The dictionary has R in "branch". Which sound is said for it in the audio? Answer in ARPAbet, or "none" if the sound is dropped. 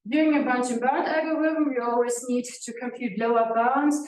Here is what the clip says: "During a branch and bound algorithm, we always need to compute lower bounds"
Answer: none